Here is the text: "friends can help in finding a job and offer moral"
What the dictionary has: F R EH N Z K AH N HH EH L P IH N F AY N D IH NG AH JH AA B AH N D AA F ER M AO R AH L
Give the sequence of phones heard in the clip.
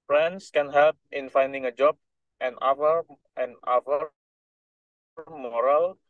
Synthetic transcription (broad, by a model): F R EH N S K AH N HH EH L P IH N F AY N D IH NG AH JH AA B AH N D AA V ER M AO R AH L